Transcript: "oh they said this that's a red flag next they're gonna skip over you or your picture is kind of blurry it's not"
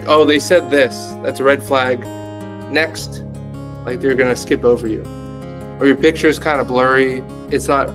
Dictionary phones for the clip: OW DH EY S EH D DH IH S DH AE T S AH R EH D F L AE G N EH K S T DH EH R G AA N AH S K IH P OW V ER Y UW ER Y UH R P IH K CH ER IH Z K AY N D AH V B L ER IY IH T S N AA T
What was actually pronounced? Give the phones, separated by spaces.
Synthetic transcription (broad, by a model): OW DH EY S EH D DH IH S DH AE T S AH R EH D F L AE G N EH K S T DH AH R G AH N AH S K IH P OW V ER Y UW ER Y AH R P IH K CH ER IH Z K AY N D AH B L ER IY IH T S N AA T